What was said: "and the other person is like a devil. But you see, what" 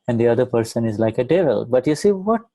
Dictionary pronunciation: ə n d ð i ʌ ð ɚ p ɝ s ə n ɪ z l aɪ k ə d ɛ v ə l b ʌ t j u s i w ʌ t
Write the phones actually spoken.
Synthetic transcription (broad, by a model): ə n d i ʌ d ɚ p ɝ s ə n ɪ z l aɪ k ə d ɛ v ə l b ʌ t j u s i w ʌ t